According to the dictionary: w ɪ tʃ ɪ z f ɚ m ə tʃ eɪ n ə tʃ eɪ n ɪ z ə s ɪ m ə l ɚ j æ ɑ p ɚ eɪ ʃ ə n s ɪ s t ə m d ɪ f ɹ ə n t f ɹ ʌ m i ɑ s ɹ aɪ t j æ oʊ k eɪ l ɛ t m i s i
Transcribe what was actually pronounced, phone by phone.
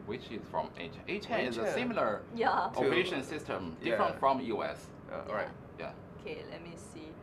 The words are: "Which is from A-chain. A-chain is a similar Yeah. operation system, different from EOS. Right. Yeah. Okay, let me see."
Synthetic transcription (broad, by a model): w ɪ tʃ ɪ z f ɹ ə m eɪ ə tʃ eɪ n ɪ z ə s ɪ m ə l ɚ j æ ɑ ɚ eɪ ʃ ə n s ɪ s t ə m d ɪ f ɹ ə n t f ɹ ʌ m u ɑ s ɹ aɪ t j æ oʊ k eɪ l ɛ t m i s i